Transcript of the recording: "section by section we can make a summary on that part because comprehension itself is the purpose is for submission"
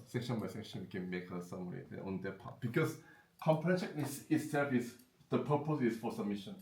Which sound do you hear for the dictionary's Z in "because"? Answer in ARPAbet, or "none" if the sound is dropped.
S